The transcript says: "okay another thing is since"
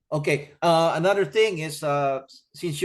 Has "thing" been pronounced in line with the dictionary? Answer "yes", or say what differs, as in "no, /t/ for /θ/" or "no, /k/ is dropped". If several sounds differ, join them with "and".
yes